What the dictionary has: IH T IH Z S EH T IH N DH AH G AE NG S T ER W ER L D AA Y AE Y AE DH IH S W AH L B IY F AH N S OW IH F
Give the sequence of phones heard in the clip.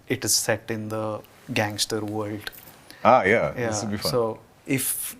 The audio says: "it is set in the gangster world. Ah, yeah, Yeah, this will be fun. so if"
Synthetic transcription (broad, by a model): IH T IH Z S EH T IH N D AH G AE NG S T ER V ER L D AA Y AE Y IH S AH B IY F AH S OW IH F